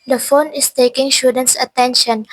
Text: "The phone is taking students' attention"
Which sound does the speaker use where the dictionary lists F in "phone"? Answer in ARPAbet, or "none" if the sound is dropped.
F